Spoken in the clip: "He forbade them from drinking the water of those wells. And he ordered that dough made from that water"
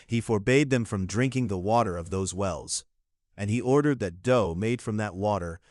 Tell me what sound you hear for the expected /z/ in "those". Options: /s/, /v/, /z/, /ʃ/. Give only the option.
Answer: /z/